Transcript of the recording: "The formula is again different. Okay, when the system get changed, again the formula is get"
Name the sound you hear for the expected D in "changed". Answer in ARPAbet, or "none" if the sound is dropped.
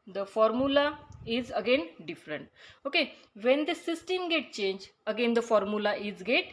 none